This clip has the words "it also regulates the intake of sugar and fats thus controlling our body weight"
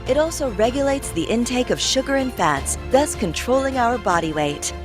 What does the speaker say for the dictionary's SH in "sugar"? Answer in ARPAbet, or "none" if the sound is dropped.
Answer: SH